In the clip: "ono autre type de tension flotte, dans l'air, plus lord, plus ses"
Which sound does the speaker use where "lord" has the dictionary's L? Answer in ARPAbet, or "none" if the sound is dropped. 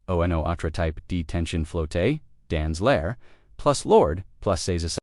L